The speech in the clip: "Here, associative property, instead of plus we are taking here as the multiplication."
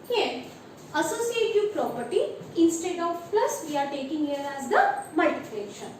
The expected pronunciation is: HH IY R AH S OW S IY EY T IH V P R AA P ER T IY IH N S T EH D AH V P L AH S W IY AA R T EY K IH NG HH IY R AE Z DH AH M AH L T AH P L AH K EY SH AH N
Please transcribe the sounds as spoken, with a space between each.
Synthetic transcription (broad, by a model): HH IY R AH S OW S IY EY T IH V P R AA P ER T IY IH N S T EH D AH V P L AH S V IY AA R T EY K IH NG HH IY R AE Z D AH M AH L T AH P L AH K SH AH N